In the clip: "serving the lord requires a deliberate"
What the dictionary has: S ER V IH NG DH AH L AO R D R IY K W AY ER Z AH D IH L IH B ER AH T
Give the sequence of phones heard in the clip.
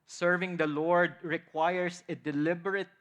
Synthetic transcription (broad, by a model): S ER V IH NG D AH L AO R D R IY K W AY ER S AH D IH L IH B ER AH T